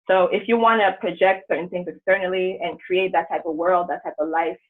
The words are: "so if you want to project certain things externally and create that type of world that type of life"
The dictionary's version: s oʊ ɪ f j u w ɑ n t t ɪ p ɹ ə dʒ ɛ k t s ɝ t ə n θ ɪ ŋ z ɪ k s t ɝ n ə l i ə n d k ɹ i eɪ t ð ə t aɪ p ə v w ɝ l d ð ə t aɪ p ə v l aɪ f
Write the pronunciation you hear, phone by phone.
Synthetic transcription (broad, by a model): s oʊ ɪ f j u w ɑ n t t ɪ p ɹ ə dʒ ɛ k t s ɝ t n θ ɪ ŋ z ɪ k s t ɝ n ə l i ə n k ɹ i eɪ t ð ə t aɪ p ə v w ɝ l d ð ə t aɪ p ə v l aɪ f